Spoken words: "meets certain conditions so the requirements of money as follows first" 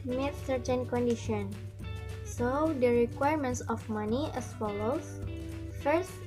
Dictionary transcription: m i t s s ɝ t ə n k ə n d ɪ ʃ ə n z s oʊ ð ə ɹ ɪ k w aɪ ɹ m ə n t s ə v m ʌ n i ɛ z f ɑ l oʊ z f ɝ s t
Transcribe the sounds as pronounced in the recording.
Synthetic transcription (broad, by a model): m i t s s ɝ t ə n k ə n d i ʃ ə n s oʊ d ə ɹ ɪ k w aɪ ɹ m ə n t s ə f m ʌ n i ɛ s f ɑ l oʊ s f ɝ s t